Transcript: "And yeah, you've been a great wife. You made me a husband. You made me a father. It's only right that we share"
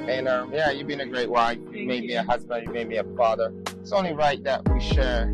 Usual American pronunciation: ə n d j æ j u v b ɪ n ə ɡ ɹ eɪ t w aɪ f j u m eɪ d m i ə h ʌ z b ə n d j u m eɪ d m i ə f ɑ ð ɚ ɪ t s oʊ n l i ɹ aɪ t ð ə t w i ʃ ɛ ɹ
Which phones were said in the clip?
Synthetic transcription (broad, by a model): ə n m j æ j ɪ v b ɪ n ə ɡ ɹ eɪ t w aɪ f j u m eɪ d m i ə h ʌ z b ə n d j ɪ m eɪ d m i ə f ɑ ð ɚ ɪ t s oʊ n l i ɹ aɪ t ð ə t w i ʃ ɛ ɹ